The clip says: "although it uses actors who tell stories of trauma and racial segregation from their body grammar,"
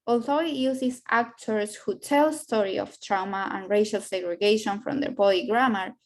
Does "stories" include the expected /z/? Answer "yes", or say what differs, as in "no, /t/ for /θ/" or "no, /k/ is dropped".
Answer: no, /z/ is dropped